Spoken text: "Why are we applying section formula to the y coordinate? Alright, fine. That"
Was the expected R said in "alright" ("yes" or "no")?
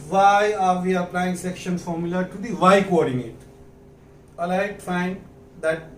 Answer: no